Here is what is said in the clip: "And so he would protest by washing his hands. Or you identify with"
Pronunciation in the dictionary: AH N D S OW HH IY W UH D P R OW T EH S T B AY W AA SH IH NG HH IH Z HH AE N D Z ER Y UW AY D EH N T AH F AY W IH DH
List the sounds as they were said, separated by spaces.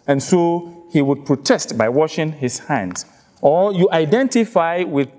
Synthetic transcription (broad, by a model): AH N S OW HH IY W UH D P R OW T EH S T B AY W AA SH IH NG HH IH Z HH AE N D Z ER Y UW AY D EH N T AH F AY W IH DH